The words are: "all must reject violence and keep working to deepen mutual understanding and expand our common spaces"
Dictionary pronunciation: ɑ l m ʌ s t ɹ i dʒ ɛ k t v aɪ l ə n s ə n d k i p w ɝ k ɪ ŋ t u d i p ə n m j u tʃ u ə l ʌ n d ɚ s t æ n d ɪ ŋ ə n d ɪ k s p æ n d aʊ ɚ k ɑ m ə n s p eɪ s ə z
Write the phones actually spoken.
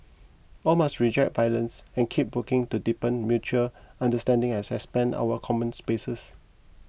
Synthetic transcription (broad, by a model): ɑ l m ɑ s t ɹ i dʒ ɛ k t v aɪ l ə n s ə n k i p w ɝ k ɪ ŋ t u d i p ə n m j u tʃ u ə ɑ n d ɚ s t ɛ n d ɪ ŋ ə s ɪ s p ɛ n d aʊ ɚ k ɑ m ə n s p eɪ s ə s